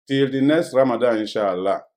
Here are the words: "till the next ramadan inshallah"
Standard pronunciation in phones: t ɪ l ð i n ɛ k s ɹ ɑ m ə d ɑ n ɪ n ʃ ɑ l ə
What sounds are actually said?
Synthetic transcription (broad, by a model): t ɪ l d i n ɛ s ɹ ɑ m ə d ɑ ɪ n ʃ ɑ l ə